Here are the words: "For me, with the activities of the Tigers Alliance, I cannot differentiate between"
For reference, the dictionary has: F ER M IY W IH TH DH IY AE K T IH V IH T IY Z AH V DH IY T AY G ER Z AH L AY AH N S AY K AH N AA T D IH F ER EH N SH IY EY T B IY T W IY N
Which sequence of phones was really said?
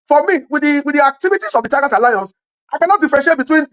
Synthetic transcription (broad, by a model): F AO M IY W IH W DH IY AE K T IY V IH T IY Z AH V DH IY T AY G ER S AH L AY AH N S AY K AH N AA T D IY F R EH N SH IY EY T B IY T W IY N